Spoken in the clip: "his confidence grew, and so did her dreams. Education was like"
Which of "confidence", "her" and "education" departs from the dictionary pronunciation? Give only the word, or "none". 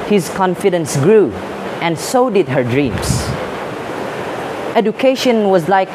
none